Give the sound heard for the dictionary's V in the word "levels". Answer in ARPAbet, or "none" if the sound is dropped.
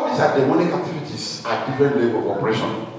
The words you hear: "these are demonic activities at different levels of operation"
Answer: B